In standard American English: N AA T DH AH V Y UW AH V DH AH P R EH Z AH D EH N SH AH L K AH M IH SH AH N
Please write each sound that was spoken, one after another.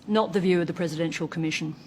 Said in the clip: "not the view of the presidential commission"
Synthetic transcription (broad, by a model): N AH T DH AH V Y UW AH V DH AH P R EH Z AH D EH N SH AH L K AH M IH SH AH N